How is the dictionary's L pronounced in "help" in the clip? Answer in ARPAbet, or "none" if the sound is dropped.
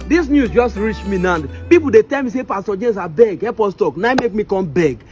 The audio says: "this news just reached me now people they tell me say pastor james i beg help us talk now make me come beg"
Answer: none